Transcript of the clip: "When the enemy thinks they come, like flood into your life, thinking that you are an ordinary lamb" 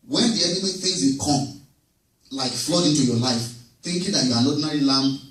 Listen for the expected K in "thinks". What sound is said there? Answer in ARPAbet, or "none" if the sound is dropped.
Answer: none